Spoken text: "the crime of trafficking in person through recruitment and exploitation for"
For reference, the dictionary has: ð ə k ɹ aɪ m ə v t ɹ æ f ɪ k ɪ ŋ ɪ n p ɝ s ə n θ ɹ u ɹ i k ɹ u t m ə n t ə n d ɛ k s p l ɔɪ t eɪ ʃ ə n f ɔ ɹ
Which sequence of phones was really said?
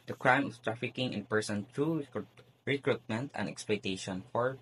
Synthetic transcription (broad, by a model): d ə k ɹ aɪ m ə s t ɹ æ f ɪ k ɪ ŋ ɪ n p ɝ s ə n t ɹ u ɹ i k ɹ u t m ə n t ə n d ɛ k s p l ɔɪ t eɪ ʃ ə n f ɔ ɹ